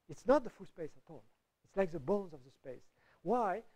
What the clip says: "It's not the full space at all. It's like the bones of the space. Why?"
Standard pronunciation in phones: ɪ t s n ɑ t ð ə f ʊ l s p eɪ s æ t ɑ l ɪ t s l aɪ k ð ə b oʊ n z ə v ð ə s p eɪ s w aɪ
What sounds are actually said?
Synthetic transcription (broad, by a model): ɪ t s n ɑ t ð ə f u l s p eɪ s æ t ɑ l ɪ t s l aɪ k ð ə b oʊ n z ə v ð ə s p eɪ s w aɪ